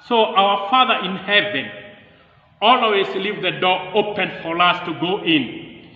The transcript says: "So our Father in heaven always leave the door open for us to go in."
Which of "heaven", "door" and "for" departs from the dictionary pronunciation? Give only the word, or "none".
none